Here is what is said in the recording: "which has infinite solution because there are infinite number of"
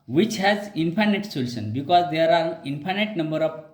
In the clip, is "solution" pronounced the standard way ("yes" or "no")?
no